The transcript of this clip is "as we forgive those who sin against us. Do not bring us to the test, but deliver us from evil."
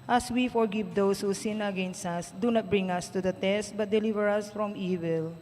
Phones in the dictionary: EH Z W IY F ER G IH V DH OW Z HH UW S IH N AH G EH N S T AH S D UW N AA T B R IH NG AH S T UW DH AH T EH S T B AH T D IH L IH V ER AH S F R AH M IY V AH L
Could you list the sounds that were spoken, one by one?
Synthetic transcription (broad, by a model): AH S W IY F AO G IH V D OW S HH UW S IH N AH G EH N S T AH S D UW N AA T B R IH NG AH S T UW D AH T EH S T B AH T D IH L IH V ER AH S F R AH M IY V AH L